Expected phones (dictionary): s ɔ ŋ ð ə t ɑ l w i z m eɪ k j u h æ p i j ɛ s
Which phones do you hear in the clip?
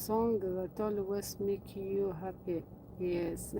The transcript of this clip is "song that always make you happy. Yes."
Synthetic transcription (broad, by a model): s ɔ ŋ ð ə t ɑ l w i s m eɪ k j u h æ p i j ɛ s